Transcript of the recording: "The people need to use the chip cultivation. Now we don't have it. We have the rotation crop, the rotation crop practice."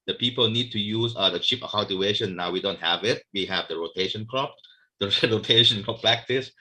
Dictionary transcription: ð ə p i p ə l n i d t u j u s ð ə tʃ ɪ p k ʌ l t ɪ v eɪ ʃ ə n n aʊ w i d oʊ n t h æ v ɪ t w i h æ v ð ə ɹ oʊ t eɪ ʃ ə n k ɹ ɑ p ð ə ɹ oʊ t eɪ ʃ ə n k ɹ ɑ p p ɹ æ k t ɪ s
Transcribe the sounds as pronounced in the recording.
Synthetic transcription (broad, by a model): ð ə p i p ə l n i d t u j u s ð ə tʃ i p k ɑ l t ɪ eɪ ʃ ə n n aʊ w i d oʊ n t h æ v ɪ t w i h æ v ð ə ɹ oʊ t eɪ ʃ ə n k ɹ ɑ p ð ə ɹ oʊ t eɪ ʃ ə n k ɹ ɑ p p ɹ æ k t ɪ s